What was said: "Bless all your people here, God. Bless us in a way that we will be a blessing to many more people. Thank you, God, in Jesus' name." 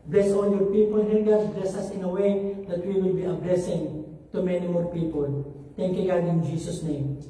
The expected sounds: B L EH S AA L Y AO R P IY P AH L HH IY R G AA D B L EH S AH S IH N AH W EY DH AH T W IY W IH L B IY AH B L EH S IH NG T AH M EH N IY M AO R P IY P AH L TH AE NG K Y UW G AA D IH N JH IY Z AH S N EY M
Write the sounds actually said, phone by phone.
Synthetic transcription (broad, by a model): B L EH S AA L Y AO R P IY P AH L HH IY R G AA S B L EH S AH S IH N AH W EY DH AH T W IY W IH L B IY AH B L EH S IH NG T AH M EH N IY M AO R P IY P AH L T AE NG K Y UW G AA D IH N JH IY S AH S N EY M